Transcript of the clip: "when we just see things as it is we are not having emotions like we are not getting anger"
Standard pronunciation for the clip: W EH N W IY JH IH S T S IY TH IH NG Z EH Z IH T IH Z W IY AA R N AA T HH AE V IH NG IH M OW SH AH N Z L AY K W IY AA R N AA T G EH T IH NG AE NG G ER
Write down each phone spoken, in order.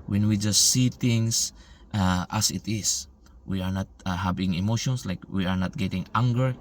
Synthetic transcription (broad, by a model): W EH N W IY JH IH S T S IY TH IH NG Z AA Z IH T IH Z W IY AA R N AA T HH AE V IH NG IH M OW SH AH N S L AY K W IY AA R N AA T G EH T IH NG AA NG G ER